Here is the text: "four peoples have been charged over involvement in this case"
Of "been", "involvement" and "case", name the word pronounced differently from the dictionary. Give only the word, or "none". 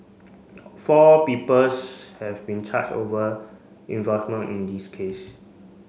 involvement